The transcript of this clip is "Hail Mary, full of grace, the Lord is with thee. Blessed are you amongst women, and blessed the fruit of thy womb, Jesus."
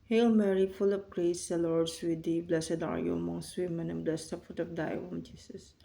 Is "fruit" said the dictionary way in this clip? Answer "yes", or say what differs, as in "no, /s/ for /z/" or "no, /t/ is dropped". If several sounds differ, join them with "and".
no, /ɹ/ is dropped